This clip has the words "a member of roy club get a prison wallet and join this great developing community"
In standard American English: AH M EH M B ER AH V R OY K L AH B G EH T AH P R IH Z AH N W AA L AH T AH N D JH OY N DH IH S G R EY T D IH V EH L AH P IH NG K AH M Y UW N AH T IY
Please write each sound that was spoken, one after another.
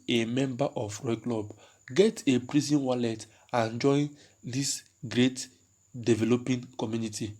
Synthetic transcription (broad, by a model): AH M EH M B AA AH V R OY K L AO B G EH T AH P R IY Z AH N W AA L AH T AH N JH OY N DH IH S G R EY T D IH V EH L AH P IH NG K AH M Y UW N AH T IY